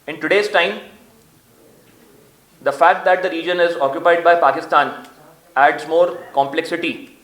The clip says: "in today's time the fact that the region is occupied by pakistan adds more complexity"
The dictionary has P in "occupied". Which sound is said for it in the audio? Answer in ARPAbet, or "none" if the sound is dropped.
P